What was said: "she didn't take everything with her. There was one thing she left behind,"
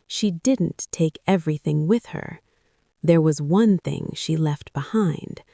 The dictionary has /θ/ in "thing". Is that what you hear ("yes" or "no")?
yes